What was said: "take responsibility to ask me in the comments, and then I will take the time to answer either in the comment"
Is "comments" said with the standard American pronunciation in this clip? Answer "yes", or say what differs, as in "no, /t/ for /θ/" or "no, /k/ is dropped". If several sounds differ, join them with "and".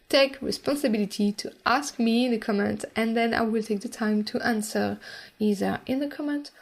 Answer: no, /s/ is dropped